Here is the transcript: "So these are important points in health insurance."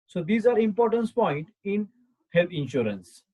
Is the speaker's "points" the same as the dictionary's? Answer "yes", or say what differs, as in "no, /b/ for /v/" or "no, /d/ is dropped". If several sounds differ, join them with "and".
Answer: no, /s/ is dropped